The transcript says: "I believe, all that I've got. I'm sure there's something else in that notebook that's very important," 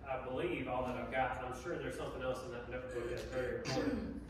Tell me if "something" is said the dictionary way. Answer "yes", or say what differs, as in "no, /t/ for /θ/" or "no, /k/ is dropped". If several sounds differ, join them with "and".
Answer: yes